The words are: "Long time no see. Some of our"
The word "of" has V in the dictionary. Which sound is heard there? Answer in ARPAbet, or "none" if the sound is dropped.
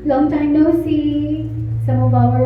B